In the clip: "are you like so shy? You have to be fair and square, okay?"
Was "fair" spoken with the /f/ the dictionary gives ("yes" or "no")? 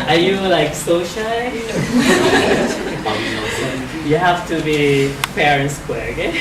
no